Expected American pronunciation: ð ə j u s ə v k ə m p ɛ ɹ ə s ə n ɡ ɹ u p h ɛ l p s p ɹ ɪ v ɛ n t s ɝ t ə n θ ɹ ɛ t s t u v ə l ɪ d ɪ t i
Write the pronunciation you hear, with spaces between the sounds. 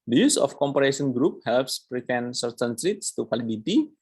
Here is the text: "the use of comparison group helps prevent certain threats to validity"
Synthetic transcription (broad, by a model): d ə j u s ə f k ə m p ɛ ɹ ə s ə n ɡ ɹ u p h ɛ l p s p ɹ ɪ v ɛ n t s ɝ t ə n s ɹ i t s t u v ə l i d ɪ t i